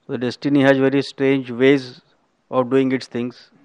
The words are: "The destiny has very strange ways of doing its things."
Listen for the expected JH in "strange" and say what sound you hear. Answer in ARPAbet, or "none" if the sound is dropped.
JH